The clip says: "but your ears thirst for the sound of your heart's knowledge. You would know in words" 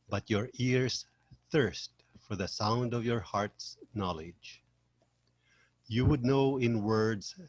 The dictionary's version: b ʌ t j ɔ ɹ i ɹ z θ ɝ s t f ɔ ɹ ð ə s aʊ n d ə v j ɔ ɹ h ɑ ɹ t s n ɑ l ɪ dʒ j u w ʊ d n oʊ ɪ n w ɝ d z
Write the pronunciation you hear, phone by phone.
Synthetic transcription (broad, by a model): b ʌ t j ɔ ɹ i ɹ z θ ɝ s t f ɔ ɹ ð ə s aʊ n d ə v j ɔ ɹ h ɑ ɹ t s n ɑ l ɪ dʒ j u w ʊ d n oʊ ɪ n w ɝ d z